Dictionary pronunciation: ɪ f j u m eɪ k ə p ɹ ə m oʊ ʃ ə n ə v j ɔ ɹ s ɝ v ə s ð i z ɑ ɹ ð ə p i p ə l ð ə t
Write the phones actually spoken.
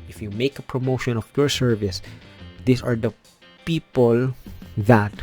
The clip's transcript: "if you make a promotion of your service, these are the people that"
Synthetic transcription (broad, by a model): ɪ f j u m eɪ k ə p ɹ ə m oʊ ʃ ə n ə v j ɔ ɹ s ɝ v ə s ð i s ɑ ɹ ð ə p i p ə l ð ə t